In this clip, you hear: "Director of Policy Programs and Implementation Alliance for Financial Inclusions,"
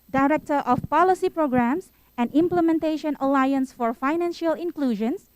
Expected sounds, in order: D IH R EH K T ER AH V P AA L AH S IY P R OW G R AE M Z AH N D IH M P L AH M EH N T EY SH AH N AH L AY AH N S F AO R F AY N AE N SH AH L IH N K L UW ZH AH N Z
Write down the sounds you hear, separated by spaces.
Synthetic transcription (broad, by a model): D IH R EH K T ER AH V P AA L AH S IY P R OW G R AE M S AH N D IH M P L AH M EH N T EY SH AH N AH L AY AH N S F AO R F AY N AE N SH AH L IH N K L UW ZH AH N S